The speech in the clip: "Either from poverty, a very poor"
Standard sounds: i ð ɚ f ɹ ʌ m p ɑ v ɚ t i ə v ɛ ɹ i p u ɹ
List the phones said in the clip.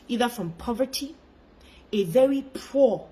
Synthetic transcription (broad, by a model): i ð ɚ f ɹ ʌ m p ɑ v ɚ t i ə v ɛ ɹ i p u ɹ